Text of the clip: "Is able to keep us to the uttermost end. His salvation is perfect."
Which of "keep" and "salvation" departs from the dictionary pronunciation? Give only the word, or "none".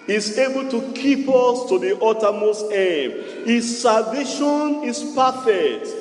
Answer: salvation